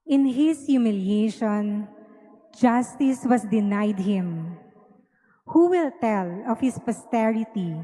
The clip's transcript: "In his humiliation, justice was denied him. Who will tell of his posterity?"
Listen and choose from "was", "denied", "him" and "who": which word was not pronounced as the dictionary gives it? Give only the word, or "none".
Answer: was